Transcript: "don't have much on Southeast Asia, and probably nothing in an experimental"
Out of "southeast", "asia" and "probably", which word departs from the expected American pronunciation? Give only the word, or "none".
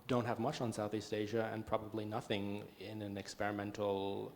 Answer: none